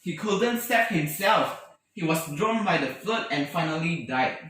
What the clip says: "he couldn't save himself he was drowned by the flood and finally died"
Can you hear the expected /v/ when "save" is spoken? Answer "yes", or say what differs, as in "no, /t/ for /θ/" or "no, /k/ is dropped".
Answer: no, /p/ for /v/